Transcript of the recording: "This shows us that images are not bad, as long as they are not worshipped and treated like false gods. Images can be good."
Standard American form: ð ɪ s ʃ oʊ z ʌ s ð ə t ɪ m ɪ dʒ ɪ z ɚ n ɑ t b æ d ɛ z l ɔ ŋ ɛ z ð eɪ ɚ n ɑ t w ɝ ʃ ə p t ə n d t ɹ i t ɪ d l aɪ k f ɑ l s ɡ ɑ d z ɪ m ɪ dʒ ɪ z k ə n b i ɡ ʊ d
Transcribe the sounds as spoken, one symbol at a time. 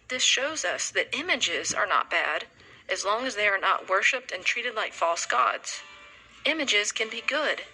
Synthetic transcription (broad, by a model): ð ɪ s ʃ oʊ z ʌ s ð ə t ɪ m ɪ dʒ ɪ z ɚ n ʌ t b æ d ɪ z l ɔ ŋ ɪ z ð eɪ ɚ n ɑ t w ɝ ʃ ə p t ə n t ɹ i t ɪ d l aɪ k f ɑ l s ɡ ɑ d z ɪ m ɪ dʒ ɪ z k ə n b i ɡ ʊ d